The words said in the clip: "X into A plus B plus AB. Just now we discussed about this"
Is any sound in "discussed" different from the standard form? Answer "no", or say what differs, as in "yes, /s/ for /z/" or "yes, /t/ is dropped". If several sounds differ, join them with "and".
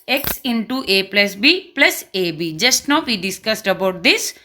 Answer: no